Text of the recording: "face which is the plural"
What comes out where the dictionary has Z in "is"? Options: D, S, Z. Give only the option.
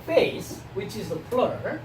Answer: Z